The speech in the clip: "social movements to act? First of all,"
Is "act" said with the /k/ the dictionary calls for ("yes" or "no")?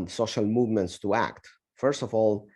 yes